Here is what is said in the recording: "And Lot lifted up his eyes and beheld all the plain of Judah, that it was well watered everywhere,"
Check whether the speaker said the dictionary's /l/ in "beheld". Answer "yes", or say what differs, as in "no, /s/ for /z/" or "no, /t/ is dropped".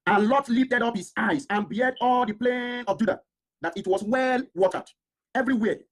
no, /l/ is dropped